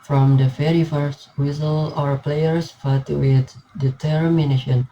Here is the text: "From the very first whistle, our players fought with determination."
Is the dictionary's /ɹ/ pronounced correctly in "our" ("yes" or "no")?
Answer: yes